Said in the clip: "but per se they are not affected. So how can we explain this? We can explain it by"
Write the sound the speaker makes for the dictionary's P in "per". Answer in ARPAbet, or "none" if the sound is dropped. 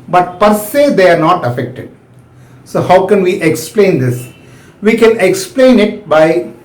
P